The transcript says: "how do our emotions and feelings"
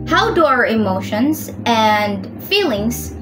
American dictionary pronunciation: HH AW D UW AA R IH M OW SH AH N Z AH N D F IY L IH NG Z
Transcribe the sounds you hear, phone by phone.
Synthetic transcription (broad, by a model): HH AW D AA R IH M OW SH AH N Z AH N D F IY L IH NG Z